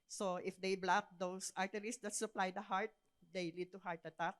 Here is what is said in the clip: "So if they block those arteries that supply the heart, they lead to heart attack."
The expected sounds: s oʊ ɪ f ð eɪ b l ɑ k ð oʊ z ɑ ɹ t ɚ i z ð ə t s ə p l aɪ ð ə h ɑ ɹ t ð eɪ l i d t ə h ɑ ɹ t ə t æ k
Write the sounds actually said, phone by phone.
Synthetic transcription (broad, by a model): s oʊ ɪ f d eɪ b l ɑ k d oʊ s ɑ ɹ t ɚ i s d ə t s ə p l aɪ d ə h ɑ ɹ t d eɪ l i d t ə h ɑ ɹ t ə t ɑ k